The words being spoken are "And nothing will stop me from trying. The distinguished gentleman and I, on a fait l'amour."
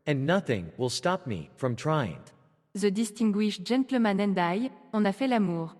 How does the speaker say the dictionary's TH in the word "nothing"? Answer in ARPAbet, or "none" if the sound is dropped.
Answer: TH